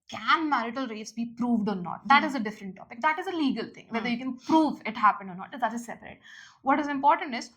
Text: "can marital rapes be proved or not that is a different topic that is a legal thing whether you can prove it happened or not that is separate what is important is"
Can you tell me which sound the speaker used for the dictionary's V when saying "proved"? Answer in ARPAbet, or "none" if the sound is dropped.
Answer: V